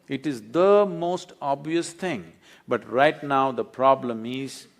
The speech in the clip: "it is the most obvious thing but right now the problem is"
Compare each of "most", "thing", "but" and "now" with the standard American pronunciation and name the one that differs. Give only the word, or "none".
thing